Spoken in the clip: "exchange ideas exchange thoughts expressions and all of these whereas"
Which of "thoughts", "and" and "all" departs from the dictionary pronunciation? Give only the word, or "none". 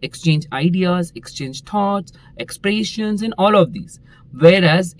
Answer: thoughts